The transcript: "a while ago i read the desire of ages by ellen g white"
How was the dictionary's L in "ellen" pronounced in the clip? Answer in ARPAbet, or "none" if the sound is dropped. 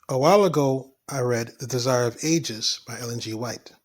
L